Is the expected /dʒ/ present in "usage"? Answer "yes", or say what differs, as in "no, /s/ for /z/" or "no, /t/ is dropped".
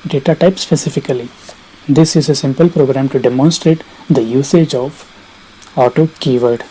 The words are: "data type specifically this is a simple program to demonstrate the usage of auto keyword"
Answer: yes